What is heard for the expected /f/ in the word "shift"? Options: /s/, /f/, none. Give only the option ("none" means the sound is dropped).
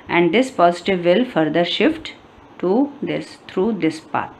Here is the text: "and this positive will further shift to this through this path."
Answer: /f/